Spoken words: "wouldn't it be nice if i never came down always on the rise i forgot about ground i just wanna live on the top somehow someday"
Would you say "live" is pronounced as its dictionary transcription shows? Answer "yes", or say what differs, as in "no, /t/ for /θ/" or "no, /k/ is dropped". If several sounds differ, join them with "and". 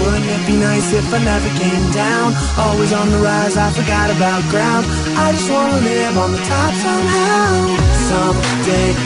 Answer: no, /n/ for /l/